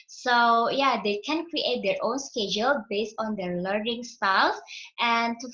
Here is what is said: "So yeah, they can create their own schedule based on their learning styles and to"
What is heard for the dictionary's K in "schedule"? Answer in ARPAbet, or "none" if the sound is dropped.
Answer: K